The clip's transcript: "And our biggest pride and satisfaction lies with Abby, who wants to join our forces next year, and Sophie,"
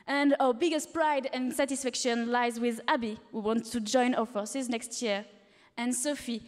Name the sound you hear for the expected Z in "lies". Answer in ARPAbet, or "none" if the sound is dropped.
Z